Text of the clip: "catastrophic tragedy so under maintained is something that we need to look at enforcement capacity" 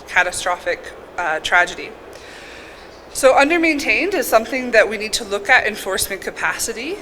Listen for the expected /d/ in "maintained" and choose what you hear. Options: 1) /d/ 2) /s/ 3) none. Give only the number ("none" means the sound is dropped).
1